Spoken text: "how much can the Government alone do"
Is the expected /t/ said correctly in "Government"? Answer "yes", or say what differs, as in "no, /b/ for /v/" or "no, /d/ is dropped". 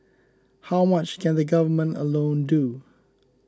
yes